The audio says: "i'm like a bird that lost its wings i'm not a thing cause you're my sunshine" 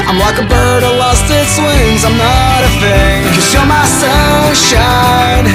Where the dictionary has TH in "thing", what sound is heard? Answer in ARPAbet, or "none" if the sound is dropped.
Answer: F